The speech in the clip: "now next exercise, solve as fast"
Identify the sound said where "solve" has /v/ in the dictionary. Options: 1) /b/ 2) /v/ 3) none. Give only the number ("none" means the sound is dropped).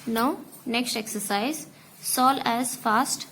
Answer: 3